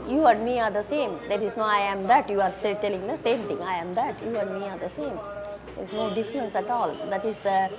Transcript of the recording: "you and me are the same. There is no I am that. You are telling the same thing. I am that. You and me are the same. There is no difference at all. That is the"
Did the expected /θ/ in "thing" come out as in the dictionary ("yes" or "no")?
no